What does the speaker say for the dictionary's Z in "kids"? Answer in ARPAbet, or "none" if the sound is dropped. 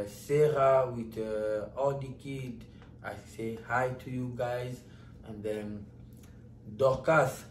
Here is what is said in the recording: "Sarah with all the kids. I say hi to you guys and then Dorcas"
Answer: none